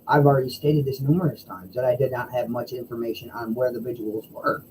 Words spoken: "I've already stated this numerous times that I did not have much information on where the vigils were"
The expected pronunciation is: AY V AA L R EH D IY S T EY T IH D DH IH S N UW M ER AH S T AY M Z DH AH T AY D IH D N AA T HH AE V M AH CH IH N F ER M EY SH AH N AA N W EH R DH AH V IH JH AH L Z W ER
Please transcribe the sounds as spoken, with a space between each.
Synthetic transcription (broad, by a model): AY V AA L R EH D IY S T EY T IH D DH IH S N UW M ER AH S T AY M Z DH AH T AY D IH D N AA T HH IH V M AH CH IH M F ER M EY SH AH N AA N W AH R DH AH V IH JH AH L Z W ER